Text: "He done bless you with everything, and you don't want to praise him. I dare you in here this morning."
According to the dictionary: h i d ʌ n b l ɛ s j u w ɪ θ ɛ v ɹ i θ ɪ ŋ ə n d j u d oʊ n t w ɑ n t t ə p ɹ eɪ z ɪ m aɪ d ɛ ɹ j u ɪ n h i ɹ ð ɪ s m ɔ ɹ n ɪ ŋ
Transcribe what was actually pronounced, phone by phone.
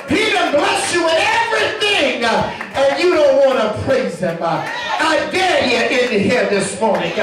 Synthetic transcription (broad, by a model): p i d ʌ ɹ b l ɛ s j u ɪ ɛ v ɹ i θ ɪ ŋ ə n j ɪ d oʊ n t w ɑ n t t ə p ɹ eɪ z ɪ m aɪ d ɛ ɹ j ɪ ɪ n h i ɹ ð ɪ s m ɔ ɹ n ɪ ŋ